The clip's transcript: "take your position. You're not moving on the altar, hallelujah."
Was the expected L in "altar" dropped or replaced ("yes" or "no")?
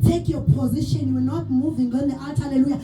yes